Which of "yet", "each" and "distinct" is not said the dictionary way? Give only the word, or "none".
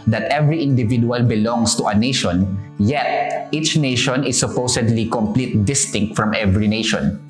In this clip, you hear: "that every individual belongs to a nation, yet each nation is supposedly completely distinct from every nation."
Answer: none